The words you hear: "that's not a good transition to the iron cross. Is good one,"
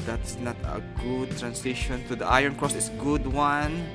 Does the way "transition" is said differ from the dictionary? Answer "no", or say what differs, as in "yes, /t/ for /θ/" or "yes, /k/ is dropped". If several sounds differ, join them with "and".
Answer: yes, /s/ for /z/